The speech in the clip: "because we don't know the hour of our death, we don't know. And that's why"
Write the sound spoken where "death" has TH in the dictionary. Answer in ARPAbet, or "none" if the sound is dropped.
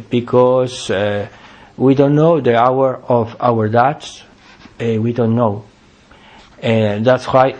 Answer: S